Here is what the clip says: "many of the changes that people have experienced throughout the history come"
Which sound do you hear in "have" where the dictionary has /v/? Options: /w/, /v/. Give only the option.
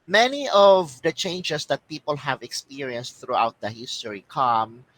/v/